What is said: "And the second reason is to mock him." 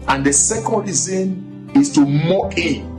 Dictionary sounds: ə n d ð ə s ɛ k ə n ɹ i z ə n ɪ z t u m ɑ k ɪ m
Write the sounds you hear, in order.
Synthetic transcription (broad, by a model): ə n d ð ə s ɛ k ə n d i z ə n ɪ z t u m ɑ ɪ